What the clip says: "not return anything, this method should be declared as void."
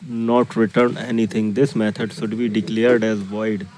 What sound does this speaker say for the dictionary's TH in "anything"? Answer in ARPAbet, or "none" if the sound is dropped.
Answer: T